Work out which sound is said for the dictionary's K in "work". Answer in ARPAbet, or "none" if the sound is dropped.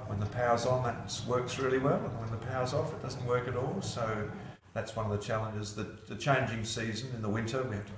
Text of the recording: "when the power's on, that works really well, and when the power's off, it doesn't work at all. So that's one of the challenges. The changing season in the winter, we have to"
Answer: K